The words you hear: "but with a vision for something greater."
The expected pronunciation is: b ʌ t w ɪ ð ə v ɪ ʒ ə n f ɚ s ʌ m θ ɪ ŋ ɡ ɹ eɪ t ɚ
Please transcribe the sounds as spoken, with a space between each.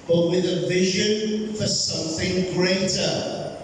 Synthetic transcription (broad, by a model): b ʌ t w ɪ ð ə v ɪ ʒ ə n f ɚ s ʌ m θ ɪ ŋ ɡ ɹ eɪ t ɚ